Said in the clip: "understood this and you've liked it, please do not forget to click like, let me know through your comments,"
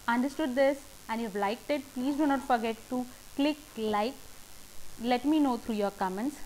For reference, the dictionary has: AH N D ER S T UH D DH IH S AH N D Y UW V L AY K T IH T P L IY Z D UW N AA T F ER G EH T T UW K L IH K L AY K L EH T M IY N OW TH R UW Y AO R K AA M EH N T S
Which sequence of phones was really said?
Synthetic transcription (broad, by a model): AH N D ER S T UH D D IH S AH N D Y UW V L AY K T IH T P L IY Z D UW N AA T F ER G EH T T UW K L IH K L AY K L EH T M IY N OW T R UW Y AO R K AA M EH N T S